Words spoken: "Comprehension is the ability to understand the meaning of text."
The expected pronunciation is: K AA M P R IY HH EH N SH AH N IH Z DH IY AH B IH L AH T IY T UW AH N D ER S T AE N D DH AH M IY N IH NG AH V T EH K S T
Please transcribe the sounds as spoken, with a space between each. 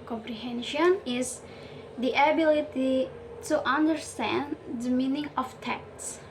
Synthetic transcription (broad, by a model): K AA M P R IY HH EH N SH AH N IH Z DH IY AH B IH L AH T IY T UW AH N D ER S T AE N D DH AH M IY N IH NG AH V T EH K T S